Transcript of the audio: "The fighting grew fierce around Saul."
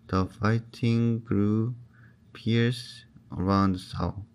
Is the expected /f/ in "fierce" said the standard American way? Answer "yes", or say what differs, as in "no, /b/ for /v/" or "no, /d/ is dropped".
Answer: no, /p/ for /f/